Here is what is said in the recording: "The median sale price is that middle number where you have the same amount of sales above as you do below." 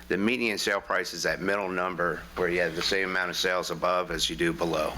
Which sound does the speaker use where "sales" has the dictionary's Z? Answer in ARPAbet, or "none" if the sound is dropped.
Z